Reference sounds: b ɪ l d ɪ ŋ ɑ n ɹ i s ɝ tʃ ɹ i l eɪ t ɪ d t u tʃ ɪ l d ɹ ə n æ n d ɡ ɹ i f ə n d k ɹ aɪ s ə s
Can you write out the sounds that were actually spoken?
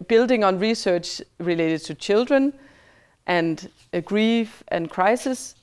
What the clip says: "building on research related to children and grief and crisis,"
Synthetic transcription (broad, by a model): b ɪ l d ɪ ŋ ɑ n ɹ i s ɝ tʃ ɹ i l eɪ t ɪ d t u tʃ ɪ l d ɹ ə n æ n d ɡ ɹ i f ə n k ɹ aɪ s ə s